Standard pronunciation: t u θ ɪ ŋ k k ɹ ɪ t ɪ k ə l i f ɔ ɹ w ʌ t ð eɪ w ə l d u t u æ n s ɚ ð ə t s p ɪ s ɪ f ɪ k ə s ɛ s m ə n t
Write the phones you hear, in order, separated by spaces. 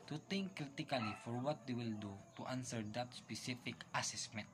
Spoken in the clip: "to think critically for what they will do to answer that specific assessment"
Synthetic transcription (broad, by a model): t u t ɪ ŋ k k ɹ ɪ t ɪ k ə l i f ɔ ɹ w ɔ t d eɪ w ə l d u t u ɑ n s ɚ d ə t s p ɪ s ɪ f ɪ k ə s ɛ s m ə n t